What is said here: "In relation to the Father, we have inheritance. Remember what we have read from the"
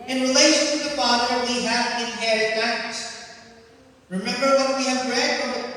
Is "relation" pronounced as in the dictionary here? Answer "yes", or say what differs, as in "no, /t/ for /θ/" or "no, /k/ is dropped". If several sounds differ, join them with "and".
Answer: yes